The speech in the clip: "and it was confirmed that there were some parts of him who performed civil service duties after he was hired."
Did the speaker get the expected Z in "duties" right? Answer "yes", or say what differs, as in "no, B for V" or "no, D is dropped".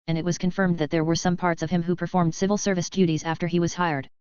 yes